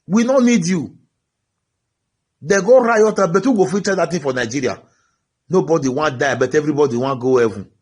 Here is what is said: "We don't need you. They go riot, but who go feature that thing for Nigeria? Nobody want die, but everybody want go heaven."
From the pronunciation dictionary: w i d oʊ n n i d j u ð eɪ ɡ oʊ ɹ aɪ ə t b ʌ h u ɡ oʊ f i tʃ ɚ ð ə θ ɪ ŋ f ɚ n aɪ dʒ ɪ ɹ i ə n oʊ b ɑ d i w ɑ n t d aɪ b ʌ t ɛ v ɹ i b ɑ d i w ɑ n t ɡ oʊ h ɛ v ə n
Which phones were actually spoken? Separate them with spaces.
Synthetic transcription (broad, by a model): w i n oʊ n n i d j u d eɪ ɡ oʊ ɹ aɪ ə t b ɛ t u ɡ oʊ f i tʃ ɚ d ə t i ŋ f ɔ n aɪ dʒ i ɹ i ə n oʊ b ɑ d i w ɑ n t d aɪ b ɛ t ɛ v ɹ i b ɑ d i w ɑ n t ɡ oʊ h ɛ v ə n